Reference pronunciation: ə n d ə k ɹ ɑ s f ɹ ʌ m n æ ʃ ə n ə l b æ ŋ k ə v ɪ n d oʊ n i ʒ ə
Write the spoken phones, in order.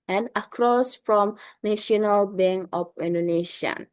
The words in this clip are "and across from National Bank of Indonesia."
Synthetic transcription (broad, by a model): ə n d ə k ɹ ɑ s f ɹ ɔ m n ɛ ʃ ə n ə l b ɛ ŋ ə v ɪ n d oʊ n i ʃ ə